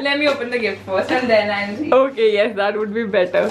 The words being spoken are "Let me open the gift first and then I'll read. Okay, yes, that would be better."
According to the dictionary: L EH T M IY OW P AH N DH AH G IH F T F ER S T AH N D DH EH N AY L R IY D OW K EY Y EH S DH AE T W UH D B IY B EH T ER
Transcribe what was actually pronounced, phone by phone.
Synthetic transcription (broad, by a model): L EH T M IY OW P AH N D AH G IH F T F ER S AH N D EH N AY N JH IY OW K EY Y EH S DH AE T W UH D B IY B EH T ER